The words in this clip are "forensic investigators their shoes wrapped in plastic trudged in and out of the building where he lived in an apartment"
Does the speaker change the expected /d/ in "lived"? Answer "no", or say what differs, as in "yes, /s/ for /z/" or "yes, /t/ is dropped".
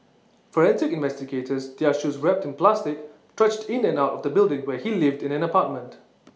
no